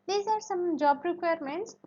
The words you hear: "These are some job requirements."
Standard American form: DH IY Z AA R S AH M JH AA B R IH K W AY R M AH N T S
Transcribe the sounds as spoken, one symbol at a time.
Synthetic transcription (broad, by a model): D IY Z AA R S AH M JH AA B R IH K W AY R M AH N T S